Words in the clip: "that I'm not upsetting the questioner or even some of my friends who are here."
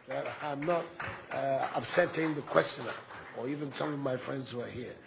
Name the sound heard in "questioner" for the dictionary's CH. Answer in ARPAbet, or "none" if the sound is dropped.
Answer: CH